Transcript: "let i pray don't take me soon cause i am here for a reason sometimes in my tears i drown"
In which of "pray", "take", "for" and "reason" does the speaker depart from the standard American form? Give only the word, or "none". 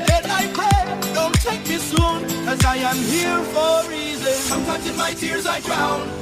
pray